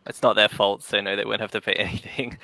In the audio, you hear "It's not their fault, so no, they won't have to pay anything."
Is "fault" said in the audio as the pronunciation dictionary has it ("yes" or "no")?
yes